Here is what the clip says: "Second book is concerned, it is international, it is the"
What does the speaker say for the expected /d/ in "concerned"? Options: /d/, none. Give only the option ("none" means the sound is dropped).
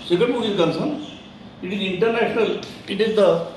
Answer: none